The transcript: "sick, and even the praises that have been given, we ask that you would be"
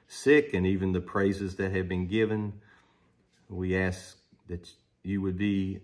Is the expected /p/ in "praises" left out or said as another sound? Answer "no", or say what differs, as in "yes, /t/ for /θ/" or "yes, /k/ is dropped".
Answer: no